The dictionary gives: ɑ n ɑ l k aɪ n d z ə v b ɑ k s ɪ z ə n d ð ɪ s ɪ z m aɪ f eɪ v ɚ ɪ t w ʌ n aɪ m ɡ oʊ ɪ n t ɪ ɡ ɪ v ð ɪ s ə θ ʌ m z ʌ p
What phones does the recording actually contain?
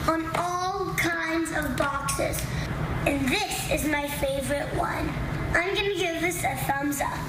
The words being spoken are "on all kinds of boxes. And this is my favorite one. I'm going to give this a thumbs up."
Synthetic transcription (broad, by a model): n ɑ l k aɪ n d z ə v b ɑ k s ɪ z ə n ð ɪ s ɪ z m aɪ f eɪ v ɚ ɪ t w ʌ n aɪ m ɡ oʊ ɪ n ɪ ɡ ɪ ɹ ð ɪ s ə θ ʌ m z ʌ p